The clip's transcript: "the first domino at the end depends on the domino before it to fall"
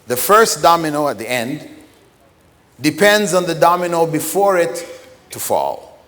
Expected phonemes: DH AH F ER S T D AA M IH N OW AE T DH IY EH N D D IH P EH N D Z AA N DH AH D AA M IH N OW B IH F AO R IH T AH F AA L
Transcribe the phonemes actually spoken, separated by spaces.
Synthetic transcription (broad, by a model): DH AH F ER S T D AA M IH N OW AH T DH IY EH N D D IH P EH N D Z N DH AH D AA M IH N OW B IH F AO R IH T AH F AA L